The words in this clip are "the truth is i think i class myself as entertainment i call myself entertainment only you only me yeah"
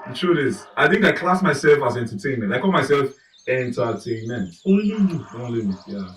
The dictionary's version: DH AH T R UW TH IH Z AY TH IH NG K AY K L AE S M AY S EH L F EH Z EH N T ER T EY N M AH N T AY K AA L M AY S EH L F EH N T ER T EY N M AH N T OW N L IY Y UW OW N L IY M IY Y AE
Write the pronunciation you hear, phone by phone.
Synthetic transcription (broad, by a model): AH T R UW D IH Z AY TH IH NG K AY K L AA S M AY S EH L F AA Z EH N T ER T EY N M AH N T AY K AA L M AY S EH L F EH N T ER T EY N M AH N T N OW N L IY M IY Y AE